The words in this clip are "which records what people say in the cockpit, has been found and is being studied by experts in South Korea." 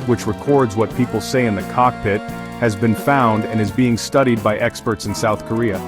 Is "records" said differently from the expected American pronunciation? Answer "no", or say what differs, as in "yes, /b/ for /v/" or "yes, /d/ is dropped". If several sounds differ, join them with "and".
no